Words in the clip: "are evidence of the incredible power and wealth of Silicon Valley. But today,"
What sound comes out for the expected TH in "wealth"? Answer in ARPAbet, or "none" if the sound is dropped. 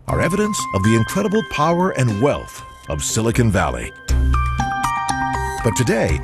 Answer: TH